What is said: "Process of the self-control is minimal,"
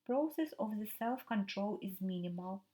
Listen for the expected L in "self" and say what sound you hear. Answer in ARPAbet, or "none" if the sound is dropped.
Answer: L